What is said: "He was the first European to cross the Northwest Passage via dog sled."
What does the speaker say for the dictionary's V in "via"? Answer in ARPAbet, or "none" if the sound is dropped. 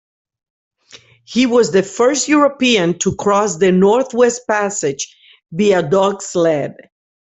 B